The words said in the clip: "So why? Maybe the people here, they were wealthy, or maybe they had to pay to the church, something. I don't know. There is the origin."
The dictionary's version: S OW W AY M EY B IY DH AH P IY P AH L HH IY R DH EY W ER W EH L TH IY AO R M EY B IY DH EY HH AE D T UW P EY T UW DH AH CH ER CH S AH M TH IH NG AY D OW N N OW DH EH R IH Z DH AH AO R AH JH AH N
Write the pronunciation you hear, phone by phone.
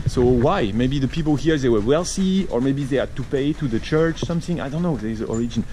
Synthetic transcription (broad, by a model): S OW W AY M EY B IY DH AH P IY P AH L HH IY R DH EY W ER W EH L S IY AO R M EY B IY DH EY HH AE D T UW P EY T UW DH AH CH ER CH S AH M TH IH NG AY D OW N N OW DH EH IH Z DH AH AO R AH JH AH N